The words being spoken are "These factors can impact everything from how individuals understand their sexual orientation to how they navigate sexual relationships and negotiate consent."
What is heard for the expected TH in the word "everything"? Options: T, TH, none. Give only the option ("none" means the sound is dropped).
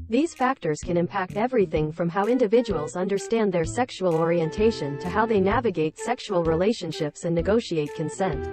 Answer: TH